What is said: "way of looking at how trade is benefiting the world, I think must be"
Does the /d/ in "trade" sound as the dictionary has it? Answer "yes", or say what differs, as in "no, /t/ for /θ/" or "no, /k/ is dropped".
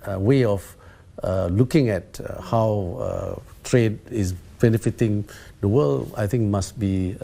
yes